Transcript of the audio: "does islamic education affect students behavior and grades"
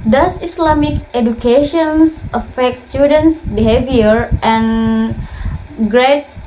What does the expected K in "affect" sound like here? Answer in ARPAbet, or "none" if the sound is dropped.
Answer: K